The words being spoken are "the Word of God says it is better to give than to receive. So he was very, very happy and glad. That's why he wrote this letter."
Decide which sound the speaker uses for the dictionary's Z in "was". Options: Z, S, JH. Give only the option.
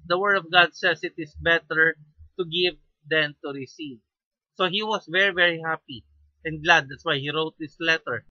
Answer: S